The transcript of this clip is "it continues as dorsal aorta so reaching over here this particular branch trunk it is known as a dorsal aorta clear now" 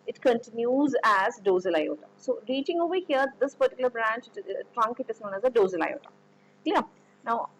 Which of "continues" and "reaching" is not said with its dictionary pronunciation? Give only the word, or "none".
none